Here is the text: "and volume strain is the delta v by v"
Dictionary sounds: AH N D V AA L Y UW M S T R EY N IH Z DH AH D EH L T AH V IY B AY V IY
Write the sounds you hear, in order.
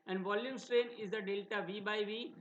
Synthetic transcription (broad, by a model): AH N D V AA L Y UW M S T R EY N IH Z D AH D EH L T AH V IY B AY V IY